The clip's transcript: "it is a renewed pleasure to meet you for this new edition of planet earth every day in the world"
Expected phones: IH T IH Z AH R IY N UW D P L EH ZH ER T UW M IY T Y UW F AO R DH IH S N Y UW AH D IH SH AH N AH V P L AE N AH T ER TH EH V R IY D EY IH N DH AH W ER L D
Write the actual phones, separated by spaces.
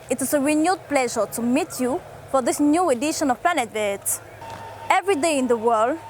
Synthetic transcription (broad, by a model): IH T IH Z AH R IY N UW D P L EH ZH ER T UW M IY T Y UW F AO R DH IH S N Y UW AH D IH SH AH N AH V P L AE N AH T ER T EH V R IY D EY IH N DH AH W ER L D